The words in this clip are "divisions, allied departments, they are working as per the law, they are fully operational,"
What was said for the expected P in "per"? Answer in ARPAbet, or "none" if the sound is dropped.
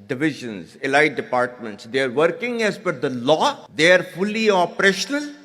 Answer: F